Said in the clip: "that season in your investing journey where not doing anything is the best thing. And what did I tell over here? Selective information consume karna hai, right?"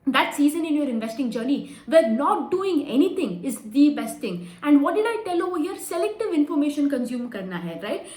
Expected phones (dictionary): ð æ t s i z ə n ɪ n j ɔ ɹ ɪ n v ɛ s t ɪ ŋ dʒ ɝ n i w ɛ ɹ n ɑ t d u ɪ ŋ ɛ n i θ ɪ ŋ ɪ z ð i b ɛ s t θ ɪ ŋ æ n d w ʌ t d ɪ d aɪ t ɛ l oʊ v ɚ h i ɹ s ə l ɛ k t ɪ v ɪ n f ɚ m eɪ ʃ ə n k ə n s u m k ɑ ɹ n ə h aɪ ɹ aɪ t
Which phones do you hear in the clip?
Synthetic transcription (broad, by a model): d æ t s i z ə n ɪ n j ɔ ɹ ɪ n v ɛ s t ɪ ŋ dʒ ɝ n i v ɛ ɹ n ɑ t d u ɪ ŋ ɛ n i t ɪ ŋ ɪ z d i b ɛ s t t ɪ ŋ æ n d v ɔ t d ɪ d aɪ t ɛ l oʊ ɔ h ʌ ɹ s ə l ɛ k t ɪ v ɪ n f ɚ m eɪ ʃ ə n k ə n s u m k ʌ ɹ n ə h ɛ ɹ aɪ t